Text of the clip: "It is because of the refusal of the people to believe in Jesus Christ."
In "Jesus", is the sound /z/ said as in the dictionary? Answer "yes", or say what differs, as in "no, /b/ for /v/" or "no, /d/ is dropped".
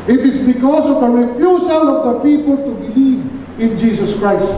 no, /s/ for /z/